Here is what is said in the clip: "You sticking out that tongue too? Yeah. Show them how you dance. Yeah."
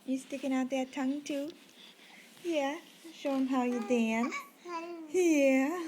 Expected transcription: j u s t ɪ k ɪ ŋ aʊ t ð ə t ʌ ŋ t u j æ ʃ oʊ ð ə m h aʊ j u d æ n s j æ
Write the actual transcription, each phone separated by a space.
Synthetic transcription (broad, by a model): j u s t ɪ k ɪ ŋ aʊ t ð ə t ʌ ŋ t u j æ ʃ oʊ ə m h aʊ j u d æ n j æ